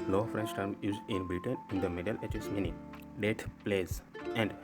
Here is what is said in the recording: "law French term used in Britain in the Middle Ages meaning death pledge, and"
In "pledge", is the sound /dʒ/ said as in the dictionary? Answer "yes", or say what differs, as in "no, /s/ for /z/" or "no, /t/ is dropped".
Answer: no, /z/ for /dʒ/